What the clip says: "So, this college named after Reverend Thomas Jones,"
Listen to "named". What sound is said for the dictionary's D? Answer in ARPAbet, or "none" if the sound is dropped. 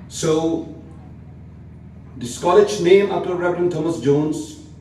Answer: none